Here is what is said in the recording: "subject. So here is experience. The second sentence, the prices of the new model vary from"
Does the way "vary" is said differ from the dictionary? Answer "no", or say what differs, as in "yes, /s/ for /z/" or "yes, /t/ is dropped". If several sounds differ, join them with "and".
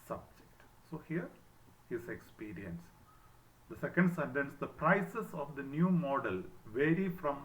no